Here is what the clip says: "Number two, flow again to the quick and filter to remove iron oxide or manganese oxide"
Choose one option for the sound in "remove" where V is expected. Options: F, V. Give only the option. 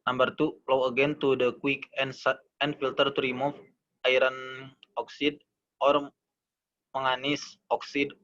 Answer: F